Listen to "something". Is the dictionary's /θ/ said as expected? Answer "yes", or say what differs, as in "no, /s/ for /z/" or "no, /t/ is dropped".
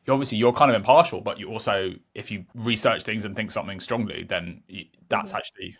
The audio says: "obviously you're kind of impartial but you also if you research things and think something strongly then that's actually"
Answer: yes